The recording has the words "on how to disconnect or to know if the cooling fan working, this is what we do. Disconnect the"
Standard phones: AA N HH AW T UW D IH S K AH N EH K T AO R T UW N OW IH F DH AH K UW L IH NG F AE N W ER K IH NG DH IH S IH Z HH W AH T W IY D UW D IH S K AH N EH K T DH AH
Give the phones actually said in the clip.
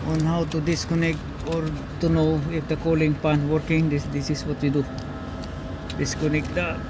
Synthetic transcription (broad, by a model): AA N HH AW T UW D IH S K AH N EH K T AO R T UW N OW IH F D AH K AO L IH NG P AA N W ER K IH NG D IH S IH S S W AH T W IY D UW D IH S K AH N EH K T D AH